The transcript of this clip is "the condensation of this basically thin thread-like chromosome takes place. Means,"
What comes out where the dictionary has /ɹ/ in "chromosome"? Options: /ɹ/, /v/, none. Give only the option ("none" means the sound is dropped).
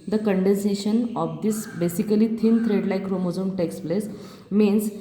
/ɹ/